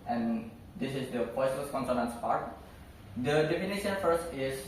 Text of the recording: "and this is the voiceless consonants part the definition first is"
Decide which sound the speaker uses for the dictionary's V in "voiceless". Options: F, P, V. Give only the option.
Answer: P